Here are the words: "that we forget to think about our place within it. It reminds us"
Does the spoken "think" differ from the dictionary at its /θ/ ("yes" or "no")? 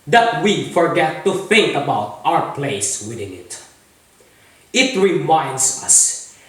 yes